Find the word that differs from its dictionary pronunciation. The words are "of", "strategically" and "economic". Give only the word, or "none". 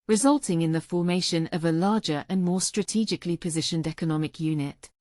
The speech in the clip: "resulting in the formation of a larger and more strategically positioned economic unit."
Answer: none